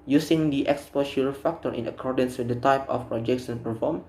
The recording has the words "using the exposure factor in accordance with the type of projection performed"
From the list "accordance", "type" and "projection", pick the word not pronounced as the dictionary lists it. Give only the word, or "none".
projection